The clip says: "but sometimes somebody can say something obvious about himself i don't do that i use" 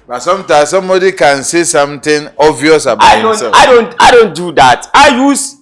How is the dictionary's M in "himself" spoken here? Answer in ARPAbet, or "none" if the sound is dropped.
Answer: none